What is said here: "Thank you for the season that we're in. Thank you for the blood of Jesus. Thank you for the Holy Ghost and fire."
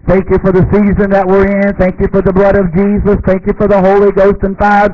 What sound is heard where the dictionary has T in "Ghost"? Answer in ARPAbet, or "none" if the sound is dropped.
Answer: T